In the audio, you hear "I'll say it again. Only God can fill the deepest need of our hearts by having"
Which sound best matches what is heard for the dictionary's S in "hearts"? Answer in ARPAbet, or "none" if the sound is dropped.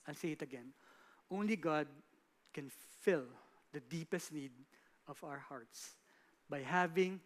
S